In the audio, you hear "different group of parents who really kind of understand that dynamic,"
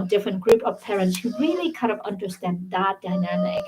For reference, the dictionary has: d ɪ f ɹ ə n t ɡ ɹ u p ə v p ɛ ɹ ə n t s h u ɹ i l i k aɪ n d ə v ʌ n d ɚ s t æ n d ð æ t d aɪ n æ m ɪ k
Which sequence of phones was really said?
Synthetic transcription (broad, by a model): d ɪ f ɹ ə n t ɡ ɹ u p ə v p ɛ ɹ ə n t s h u ɹ i l i k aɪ d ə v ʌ n d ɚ s t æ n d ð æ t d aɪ n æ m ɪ k